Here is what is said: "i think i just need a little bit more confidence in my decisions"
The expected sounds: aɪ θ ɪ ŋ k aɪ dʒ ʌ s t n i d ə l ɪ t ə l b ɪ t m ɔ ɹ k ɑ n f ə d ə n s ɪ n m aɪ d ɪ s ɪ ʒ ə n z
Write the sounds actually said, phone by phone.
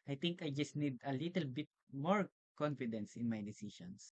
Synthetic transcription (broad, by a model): aɪ t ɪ ŋ k aɪ dʒ ʌ s t n i d ə l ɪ t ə l b ɪ t m ɔ ɹ k ɑ n f ə d ə n s ɪ n m aɪ d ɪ s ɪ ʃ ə n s